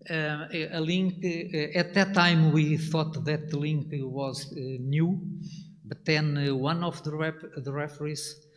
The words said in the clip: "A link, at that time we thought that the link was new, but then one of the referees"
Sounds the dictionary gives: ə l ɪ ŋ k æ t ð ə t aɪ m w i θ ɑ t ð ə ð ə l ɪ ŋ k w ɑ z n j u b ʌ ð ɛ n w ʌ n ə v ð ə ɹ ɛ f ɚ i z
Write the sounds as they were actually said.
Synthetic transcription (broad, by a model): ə l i ŋ k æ t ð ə t aɪ m w i θ ɑ t ð ə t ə l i ŋ k w ɑ z n j u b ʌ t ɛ n w ʌ n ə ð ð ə ɹ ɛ f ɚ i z